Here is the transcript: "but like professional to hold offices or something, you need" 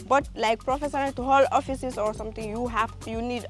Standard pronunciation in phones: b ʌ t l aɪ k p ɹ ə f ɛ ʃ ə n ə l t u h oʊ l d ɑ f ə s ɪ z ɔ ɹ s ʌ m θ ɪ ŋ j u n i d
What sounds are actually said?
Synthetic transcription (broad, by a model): b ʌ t l aɪ k p ɹ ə f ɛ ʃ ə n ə l t u h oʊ l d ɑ f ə s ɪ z ɔ ɹ s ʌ m t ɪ ŋ j u n i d